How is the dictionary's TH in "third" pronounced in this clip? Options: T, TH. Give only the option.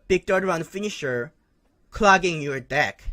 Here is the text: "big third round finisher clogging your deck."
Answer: T